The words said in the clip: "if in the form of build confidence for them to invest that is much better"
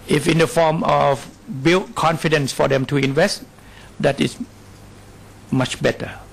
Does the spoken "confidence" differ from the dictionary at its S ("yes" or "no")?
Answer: no